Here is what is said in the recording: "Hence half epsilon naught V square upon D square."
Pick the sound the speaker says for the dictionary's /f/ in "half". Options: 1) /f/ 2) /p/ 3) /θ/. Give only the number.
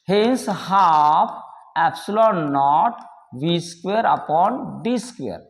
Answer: 2